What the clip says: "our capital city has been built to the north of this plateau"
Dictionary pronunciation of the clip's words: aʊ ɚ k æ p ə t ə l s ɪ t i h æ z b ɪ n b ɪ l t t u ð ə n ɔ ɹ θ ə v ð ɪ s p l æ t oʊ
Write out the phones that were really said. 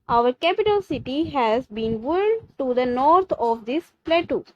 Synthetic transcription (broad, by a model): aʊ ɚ k æ p ə t ə l s ɪ t i h æ z b ɪ n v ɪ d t t u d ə n ɔ ɹ t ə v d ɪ s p l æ t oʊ